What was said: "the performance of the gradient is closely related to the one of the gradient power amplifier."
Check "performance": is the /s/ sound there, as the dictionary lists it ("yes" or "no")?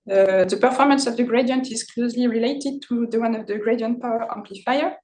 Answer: yes